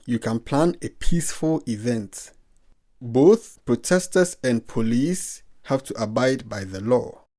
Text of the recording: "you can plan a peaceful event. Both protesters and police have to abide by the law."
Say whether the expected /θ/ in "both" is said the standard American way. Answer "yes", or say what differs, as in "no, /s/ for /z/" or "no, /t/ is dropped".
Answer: yes